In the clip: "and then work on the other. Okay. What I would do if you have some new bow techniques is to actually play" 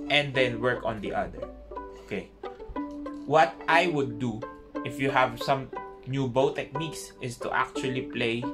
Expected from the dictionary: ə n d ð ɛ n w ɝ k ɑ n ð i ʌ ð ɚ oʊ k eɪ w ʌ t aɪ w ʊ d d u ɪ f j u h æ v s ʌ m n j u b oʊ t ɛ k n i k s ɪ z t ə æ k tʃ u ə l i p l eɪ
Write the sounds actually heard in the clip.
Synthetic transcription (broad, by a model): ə n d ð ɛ n w ɝ k ɑ n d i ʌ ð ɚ oʊ k eɪ w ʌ t aɪ w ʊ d d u ɪ f j u h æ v s ʌ m n j u b oʊ t ɛ k n i k s ɪ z t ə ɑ k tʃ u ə l i p l eɪ